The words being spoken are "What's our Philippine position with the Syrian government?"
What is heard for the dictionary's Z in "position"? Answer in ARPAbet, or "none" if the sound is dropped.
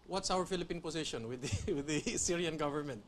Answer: S